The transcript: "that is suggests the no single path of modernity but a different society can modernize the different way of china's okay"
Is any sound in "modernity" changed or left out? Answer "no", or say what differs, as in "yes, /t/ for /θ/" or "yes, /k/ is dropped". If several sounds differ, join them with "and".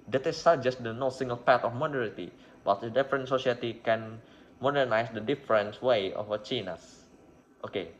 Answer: yes, /n/ is dropped